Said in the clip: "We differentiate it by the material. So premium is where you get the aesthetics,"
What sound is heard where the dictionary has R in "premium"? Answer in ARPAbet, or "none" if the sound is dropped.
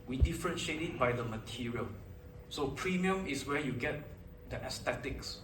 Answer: R